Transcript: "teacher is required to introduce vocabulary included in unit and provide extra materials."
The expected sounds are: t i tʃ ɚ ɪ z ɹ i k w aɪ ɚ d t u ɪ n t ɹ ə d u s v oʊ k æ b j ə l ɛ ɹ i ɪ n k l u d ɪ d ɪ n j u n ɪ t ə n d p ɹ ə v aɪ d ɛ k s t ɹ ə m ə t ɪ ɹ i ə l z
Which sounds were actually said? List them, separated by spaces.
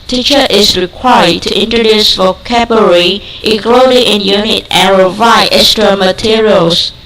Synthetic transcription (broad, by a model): t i tʃ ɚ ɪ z ɹ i k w aɪ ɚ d t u ɪ n t ɹ ə d u s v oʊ k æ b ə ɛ ɹ i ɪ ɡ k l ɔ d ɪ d ɪ n j u n ɪ t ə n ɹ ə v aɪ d ɛ k s t ɹ ə m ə t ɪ ɹ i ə l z